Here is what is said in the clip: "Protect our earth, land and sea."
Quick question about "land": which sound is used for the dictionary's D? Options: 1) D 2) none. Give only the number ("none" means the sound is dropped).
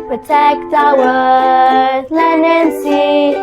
2